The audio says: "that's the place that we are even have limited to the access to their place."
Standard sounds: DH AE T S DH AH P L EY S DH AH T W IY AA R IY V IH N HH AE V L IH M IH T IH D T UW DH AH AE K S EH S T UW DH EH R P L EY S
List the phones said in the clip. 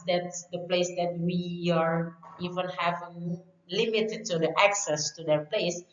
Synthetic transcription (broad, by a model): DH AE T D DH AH P L EY S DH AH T W IY AA R IY V IH N HH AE V L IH M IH T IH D T UW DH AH AE K S EH S T UW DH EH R P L EY S